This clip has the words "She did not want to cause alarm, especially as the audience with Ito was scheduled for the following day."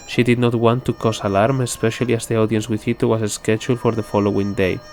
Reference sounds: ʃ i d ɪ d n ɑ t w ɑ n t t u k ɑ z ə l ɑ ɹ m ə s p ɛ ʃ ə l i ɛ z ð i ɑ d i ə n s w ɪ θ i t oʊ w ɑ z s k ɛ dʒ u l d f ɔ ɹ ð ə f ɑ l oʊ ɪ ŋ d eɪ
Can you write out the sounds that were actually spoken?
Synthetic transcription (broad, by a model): ʃ i d ɪ d n ɑ t w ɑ n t t u k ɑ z ə l ɑ ɹ m ə s p ɛ ʃ ə l i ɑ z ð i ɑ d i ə n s w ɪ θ i t oʊ w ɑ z s k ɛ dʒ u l f ɔ ɹ ð ə f ɑ l oʊ ɪ ŋ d eɪ